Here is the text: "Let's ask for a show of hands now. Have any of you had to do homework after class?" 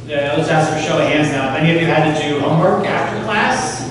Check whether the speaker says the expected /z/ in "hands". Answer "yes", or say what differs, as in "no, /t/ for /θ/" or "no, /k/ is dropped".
yes